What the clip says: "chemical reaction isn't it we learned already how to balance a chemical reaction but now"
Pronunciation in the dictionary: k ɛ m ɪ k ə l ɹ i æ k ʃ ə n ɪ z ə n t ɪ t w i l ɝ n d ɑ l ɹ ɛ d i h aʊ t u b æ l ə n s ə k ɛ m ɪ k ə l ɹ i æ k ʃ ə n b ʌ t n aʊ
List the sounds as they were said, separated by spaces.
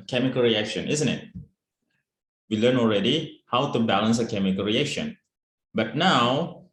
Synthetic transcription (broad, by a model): k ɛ m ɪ k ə l ɹ i æ k ʃ ə n ɪ z ə n t ɪ t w i l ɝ n ɑ l ɹ ɛ d i h aʊ t u b æ l ə n s ə k ɛ m ɪ k ə l ɹ i æ k ʃ ə n b ʌ t n aʊ